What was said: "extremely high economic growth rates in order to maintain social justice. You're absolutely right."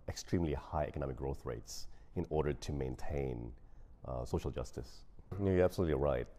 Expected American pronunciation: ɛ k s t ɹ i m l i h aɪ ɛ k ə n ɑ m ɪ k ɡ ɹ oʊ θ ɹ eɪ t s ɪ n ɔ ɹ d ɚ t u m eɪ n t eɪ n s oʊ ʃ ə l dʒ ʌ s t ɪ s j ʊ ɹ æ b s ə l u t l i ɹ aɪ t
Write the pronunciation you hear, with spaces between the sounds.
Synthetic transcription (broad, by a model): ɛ k s t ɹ i m l i h aɪ ɛ k ə n ɑ m ɪ k ɡ ɹ oʊ θ ɹ eɪ t s ɪ n ɔ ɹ d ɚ t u m eɪ n t eɪ n s oʊ ʃ ə l dʒ ʌ s t ɪ s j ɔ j æ b s ə l u t l i ɹ aɪ t